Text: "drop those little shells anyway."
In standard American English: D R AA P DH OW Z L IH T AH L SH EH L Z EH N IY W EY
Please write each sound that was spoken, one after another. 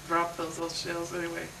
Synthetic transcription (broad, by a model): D R AA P DH OW Z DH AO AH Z SH EH L Z EH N IY W EY